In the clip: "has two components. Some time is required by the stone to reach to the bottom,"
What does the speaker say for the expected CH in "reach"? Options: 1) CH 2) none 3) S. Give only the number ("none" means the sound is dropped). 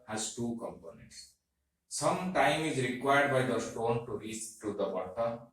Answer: 3